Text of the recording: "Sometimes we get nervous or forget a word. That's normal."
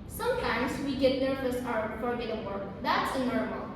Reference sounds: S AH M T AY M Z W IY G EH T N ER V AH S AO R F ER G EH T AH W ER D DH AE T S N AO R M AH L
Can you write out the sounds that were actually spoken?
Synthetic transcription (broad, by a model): S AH M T AY M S W IY G EH T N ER F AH S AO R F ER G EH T AH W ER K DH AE T S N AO R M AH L